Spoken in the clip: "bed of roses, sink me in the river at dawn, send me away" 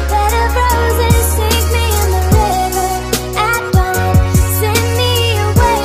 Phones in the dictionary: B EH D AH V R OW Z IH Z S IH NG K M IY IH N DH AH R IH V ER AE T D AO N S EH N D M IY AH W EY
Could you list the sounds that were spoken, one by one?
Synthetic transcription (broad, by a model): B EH D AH B R OW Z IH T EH IH K M IY IH N DH AH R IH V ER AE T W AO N S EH N M IY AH W EY